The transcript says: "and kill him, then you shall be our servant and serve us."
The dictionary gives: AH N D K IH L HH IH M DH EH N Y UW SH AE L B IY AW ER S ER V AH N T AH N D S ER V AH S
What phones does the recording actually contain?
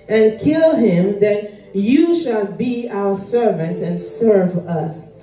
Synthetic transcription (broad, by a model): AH N K IH L HH IH M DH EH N Y UW SH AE L B IY AW ER S ER V AH N T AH N S ER V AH S